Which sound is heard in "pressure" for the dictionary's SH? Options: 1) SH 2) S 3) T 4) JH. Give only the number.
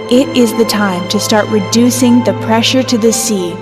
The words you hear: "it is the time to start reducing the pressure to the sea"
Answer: 1